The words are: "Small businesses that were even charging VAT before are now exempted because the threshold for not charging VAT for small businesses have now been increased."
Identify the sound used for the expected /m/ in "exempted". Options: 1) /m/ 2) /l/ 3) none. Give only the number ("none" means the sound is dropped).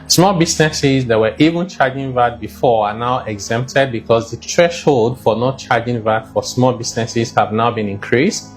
1